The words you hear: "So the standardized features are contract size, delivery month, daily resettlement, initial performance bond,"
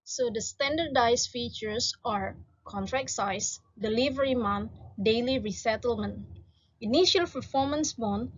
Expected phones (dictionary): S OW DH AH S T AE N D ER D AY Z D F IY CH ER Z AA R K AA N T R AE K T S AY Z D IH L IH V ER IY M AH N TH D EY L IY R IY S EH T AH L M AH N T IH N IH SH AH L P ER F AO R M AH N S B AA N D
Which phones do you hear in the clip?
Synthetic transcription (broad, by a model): S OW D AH S T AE N D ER D AY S F IY CH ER S AA R K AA N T R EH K S AY S D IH L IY V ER IY M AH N D EY L IY R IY S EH T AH L M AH N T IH N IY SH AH L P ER F AO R M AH N S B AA N